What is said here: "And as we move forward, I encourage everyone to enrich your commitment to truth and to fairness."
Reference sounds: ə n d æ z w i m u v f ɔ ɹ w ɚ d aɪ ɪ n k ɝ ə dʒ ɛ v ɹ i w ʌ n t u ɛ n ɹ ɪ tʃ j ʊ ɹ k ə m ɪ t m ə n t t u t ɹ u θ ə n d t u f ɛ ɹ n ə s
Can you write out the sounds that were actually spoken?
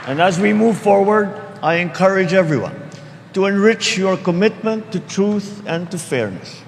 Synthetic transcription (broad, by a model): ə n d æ z w i m u v f ɔ ɹ w ɚ d aɪ ɪ n k ɝ ə dʒ ɛ v ɹ i w ʌ n t u ɛ n ɹ ɪ tʃ j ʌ ɹ k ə m ɪ t m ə n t t u t ɹ u θ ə n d t u f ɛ ɹ n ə s